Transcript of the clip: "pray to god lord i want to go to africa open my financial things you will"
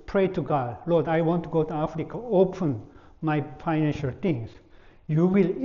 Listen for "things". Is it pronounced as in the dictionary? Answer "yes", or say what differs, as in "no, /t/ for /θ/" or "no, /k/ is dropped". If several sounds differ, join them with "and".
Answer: no, /t/ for /θ/